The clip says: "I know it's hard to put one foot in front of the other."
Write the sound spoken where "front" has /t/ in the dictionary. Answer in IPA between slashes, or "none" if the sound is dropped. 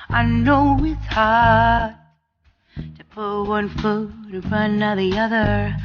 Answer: none